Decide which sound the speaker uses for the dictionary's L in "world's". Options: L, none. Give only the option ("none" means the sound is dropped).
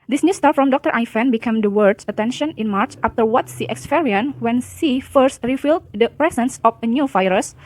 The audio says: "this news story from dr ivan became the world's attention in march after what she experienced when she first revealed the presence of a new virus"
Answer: none